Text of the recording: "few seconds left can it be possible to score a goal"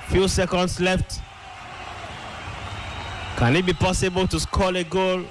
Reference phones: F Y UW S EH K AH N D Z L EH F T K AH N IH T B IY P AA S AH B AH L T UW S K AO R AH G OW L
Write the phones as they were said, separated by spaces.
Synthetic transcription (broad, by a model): F Y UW S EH K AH N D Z L EH F T K AH N IH T B IY P AA S AH B AH L T UW S K AO L AH G OW L